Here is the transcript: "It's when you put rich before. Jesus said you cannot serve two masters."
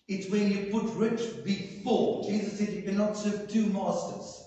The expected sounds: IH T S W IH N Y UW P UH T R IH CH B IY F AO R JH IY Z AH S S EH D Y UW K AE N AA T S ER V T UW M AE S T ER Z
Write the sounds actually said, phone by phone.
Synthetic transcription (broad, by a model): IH T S W IH N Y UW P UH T R IH CH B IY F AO L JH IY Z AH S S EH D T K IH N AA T S ER V T UW M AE S T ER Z